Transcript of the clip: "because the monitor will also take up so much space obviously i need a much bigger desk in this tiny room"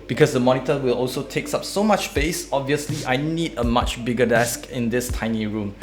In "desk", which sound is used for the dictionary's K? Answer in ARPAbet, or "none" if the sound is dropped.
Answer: K